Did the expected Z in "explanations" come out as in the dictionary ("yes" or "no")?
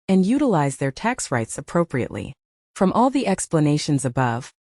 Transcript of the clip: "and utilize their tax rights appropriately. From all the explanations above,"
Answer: yes